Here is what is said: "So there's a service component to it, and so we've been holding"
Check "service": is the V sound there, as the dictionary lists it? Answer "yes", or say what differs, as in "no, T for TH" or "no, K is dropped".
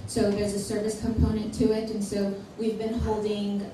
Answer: yes